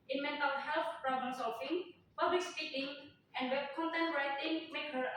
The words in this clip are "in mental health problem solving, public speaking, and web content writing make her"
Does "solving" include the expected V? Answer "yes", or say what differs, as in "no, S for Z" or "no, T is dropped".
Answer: no, F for V